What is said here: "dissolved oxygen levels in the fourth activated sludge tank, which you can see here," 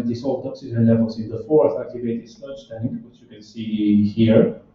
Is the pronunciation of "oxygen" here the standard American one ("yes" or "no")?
no